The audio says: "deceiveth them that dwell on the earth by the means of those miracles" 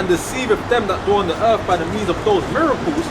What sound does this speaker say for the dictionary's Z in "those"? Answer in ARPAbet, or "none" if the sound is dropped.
Z